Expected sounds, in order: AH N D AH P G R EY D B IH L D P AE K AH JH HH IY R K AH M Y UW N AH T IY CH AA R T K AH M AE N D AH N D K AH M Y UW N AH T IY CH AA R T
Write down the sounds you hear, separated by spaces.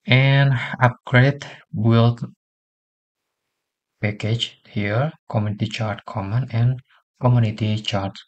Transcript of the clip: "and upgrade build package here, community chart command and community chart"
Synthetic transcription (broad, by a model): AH N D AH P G R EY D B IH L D P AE K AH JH HH IY R K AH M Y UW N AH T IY CH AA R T K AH M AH N AH N K AH M Y UW N AH T IY CH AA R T